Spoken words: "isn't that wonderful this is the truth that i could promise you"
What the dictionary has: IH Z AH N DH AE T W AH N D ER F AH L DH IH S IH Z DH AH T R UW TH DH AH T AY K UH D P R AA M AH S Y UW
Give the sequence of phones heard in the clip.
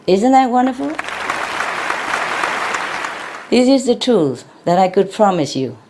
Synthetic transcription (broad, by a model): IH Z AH N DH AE T W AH N D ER F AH L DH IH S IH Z DH AH T UW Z DH AH T AY K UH D P R AA M AH S Y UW